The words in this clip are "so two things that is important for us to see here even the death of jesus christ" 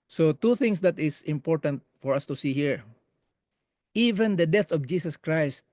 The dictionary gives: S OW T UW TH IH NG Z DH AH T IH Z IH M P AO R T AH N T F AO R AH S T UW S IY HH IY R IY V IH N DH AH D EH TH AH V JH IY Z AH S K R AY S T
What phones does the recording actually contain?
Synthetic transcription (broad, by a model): S OW T UW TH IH NG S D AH T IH S IH M P AO R T AH N T F AO R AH S T UW S IY HH IY R IY V IH N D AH D EH TH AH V JH IY S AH S K R AY S T